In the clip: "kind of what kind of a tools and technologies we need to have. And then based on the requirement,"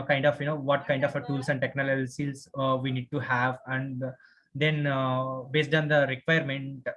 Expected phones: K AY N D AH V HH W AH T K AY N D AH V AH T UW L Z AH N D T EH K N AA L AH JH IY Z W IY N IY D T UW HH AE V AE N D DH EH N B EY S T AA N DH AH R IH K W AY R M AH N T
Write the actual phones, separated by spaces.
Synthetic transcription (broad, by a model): K AY N D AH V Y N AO T K AY N D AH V AH T UW L S AH N D T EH K N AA L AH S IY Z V IY N IY D T UW HH AE V AE N D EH N B EY S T AA N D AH R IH K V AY R M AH N T